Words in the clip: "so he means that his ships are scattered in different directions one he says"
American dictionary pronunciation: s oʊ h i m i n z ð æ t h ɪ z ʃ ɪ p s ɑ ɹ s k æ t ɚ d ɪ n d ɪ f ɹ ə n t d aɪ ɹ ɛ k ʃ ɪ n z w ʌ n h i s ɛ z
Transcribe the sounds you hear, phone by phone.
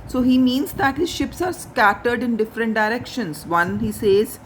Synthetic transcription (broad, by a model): s oʊ h i m i n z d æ t h ɪ z ʃ ɪ p s ɑ ɹ s k æ t ɚ d ɪ n d ɪ f ɹ ə n t d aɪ ɹ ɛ k ʃ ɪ n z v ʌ n h i s ɛ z